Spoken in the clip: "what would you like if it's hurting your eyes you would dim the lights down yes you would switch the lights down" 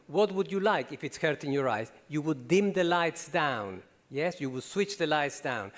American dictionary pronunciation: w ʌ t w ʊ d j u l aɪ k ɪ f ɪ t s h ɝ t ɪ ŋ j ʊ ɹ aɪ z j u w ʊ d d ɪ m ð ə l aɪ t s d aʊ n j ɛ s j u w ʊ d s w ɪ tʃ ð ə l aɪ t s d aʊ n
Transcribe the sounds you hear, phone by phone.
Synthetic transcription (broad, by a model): w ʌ t w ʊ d j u l aɪ k ɪ f ɪ t s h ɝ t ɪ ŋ j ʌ ɹ aɪ z j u w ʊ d d ɪ m ð ə l aɪ t s d aʊ n j ɛ s j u w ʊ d s w ɪ tʃ ð ə l aɪ t s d aʊ n